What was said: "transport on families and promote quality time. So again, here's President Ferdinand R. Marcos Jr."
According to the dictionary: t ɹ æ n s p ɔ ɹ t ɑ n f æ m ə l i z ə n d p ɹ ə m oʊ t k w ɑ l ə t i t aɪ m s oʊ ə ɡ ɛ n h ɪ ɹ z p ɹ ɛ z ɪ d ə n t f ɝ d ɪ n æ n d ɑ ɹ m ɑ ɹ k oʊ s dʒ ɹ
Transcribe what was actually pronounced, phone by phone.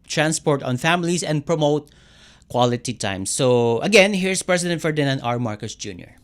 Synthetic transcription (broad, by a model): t ɹ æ n s p ɔ ɹ t ɑ n f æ m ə l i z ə n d p ɹ ə m oʊ t k w ɑ l ə t i t aɪ m s oʊ ə ɡ ɛ n h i ɹ s p ɹ ɛ s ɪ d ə n t f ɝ d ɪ n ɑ n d ɑ ɹ m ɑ ɹ k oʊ s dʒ ɹ